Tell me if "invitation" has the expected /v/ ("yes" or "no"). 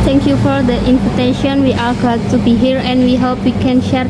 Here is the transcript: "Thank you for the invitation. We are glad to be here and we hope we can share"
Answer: no